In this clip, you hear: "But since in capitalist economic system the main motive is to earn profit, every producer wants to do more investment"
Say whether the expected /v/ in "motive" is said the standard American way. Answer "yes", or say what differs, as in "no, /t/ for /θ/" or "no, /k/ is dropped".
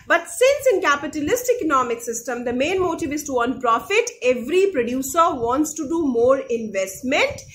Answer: yes